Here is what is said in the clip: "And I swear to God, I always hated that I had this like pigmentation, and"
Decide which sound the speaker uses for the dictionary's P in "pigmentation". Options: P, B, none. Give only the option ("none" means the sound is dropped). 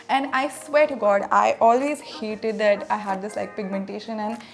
P